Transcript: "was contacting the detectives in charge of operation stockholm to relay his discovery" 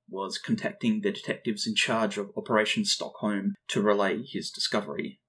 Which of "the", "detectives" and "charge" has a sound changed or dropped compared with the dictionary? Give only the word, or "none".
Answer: none